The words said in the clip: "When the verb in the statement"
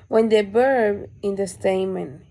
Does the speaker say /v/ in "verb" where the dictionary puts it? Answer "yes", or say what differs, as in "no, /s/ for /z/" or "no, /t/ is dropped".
no, /b/ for /v/